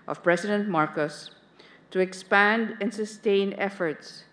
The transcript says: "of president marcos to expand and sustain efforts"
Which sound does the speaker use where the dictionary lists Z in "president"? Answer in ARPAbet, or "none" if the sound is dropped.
S